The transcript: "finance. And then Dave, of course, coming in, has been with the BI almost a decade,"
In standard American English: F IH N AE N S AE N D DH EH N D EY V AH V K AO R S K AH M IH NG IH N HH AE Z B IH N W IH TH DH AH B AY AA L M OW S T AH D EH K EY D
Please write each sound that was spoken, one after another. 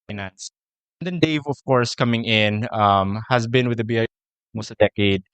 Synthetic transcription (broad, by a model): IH N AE N S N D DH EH N D EY V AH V K AO R S K AH M IH NG IH N HH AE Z B IH N W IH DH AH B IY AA M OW S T AH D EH K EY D